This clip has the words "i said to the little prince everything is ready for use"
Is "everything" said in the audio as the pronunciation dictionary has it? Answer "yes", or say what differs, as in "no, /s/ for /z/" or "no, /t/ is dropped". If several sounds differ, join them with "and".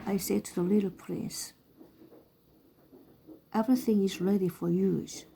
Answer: yes